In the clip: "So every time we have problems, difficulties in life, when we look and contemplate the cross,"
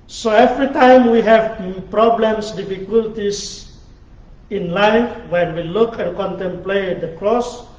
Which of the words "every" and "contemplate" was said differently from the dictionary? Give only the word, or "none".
none